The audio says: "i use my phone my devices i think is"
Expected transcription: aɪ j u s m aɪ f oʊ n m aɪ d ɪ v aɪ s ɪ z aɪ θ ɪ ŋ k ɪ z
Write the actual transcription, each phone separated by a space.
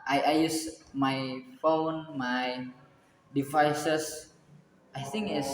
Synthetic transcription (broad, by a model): aɪ j u s m aɪ f oʊ n m aɪ d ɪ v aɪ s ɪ s aɪ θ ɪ ŋ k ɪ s